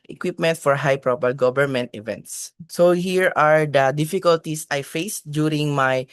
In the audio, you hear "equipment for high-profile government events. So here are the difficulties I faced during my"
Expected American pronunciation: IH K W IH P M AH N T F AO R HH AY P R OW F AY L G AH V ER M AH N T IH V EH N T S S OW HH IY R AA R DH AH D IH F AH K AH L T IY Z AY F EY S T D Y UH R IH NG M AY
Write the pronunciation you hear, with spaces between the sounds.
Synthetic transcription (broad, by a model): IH K W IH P M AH N T F AO R HH AY P R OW P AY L G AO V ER M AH N T IH V EH N T S S OW HH IY R AA R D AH D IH F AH K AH L T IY S AY F EY S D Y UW R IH NG M AY